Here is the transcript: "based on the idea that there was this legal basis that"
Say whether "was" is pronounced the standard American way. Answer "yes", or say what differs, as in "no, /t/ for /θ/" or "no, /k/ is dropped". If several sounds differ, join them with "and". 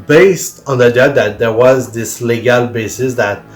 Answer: yes